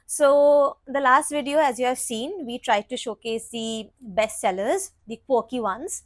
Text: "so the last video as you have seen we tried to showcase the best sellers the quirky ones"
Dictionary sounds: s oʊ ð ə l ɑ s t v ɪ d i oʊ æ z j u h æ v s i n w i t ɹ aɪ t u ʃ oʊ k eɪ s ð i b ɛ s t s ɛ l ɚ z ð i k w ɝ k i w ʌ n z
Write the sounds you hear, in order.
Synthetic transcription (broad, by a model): s oʊ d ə l ɑ s t v ɪ d i oʊ æ z j u h æ v s i n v i t ɹ aɪ t u ʃ oʊ k eɪ s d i b ɛ s t s ɛ l ɚ z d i k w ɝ k i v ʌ n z